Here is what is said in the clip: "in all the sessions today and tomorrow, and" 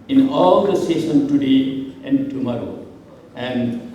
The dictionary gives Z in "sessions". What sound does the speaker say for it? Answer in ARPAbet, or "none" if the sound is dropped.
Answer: none